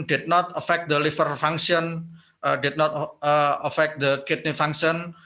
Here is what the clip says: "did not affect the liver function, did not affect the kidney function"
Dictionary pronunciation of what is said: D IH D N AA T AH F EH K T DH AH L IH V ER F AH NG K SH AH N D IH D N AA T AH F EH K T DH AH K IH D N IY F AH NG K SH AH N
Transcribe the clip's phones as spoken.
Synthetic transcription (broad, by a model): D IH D N AA T AH F EH K T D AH L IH F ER F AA NG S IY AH N D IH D N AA T AH F EH K T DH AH K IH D N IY F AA NG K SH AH N